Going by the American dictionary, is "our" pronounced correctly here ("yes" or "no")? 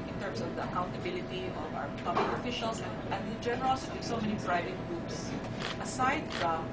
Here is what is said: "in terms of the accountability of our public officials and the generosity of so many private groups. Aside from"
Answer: no